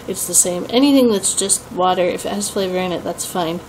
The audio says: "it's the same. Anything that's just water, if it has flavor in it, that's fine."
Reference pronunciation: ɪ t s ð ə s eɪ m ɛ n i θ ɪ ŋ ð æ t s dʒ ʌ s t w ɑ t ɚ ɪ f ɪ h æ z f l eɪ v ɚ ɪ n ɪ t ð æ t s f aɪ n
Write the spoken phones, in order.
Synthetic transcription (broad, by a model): ɪ t s ð ə s eɪ m ɛ n i θ ɪ ŋ ð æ t s dʒ ʌ s t w ɑ t ɚ ɪ f ɪ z f l eɪ v ɚ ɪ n ɪ t ð æ t s f aɪ n